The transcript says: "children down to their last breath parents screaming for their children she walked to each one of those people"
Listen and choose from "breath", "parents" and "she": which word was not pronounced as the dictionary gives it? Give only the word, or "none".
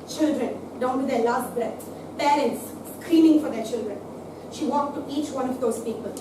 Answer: breath